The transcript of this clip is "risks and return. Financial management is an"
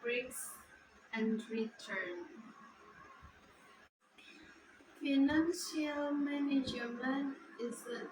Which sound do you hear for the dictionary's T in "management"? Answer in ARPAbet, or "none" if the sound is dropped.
none